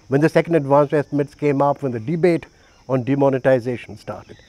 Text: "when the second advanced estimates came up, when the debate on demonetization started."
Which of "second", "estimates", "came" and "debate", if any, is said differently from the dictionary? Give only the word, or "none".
none